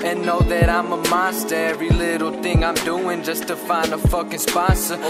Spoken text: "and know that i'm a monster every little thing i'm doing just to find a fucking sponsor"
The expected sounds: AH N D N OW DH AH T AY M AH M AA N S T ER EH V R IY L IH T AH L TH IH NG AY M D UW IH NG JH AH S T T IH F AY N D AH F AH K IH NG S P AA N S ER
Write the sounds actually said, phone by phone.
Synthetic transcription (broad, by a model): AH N N OW DH AH T AY M AH M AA S T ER EH V R IY L IH T L TH IH NG AY M D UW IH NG JH AH S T T IH F AY N D AH F AH K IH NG S P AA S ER